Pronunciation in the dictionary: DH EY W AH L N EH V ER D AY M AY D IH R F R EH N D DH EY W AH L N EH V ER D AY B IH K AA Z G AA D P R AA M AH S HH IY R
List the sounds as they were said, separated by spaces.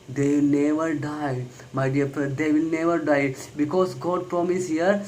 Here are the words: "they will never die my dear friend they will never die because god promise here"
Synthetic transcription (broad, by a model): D EY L N EH V ER D AY M AY D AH R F R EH D EY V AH L N EH V ER D AY B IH K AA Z G AA D P R AA M AH S HH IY R